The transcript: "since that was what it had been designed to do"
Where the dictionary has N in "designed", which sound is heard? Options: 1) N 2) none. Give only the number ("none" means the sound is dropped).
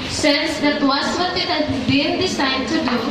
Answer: 2